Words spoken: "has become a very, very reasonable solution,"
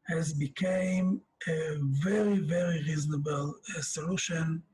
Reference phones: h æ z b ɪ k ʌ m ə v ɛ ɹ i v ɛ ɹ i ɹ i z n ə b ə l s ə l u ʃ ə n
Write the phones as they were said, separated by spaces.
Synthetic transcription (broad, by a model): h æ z b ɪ k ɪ m ə v ɛ ɹ i v ɛ ɹ i ɹ i z n ə b ə l s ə l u ʃ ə n